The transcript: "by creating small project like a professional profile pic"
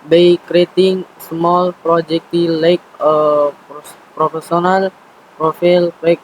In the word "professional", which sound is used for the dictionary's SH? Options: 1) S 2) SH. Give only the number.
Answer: 1